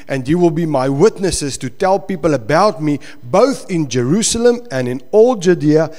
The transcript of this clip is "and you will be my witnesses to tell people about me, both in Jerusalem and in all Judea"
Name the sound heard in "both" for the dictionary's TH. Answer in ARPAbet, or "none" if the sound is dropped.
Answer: TH